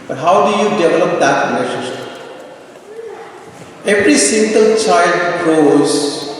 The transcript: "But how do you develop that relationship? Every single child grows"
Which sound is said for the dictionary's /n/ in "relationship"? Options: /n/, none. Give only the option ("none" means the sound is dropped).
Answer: none